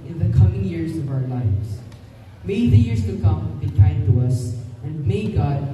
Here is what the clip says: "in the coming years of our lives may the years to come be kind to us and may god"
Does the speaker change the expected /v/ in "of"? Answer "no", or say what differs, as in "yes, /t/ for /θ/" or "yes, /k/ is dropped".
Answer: no